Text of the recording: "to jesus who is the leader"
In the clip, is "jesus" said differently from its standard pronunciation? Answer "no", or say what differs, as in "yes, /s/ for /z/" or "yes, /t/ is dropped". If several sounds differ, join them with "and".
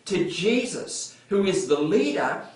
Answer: no